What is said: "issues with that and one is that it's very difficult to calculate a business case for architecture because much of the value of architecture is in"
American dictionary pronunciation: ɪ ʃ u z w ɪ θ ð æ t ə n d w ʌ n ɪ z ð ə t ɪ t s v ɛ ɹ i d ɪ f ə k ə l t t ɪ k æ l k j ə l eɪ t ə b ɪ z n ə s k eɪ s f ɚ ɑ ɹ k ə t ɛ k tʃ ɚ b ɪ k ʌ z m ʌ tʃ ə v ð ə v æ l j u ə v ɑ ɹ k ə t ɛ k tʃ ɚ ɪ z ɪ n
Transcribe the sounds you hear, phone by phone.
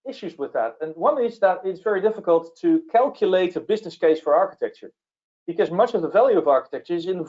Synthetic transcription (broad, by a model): ɪ ʃ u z w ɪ ð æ t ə n w ʌ n ɪ z ð ə t ɪ t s v ɛ ɹ i d ɪ f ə k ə l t t ɪ k æ l k j ə l eɪ t ə b ɪ z n ə s k eɪ s f ɚ ɑ ɹ k ə t ɛ k tʃ ɚ b ɪ k ʌ z m ʌ tʃ ə v ð ə v æ l j u ə v ɑ ɹ k ə t ɛ k tʃ ɚ ɪ z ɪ n